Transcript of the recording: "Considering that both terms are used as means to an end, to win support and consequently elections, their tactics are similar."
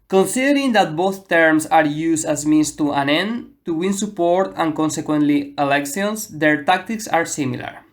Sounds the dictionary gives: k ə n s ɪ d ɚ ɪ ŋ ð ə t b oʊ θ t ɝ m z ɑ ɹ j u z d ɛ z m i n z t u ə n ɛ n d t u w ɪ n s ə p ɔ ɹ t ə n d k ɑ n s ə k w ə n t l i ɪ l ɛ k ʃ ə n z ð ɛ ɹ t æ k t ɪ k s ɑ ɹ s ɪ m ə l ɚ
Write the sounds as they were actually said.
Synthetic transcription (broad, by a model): k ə n s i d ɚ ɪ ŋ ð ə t b oʊ θ t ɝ m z ɑ ɹ j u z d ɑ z m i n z t u ə n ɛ n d t u w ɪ n s ə p ɔ ɹ t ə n k ɑ n s ə k w ə n t l i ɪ l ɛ k s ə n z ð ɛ ɹ t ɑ k t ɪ k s ɑ ɹ s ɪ m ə l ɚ